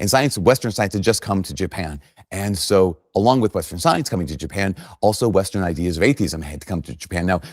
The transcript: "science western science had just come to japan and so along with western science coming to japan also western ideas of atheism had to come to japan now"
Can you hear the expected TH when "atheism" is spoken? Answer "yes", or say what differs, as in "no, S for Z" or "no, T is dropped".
yes